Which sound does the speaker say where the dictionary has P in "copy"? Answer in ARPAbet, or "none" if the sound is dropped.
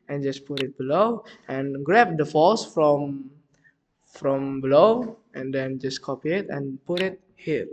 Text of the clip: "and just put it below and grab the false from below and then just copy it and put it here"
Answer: P